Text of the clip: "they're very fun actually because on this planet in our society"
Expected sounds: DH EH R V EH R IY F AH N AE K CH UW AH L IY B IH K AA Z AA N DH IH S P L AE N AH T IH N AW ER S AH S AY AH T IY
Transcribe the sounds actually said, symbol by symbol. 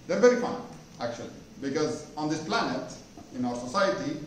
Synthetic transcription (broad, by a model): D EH R V EH R IY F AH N AE K CH UW AH L IY B IH K AA Z AA N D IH S P L AE N AH T IH N AW ER S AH S AY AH T IY